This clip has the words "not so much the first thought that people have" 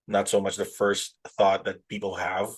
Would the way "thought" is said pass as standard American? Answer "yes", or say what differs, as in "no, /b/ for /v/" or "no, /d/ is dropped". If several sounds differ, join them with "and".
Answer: yes